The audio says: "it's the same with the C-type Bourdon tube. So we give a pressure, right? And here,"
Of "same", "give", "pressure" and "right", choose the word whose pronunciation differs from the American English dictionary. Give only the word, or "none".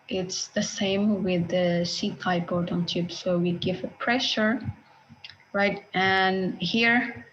none